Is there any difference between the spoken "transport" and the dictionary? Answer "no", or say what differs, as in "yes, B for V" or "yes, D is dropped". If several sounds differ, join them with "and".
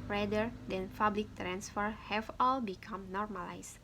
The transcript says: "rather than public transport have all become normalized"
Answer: yes, F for P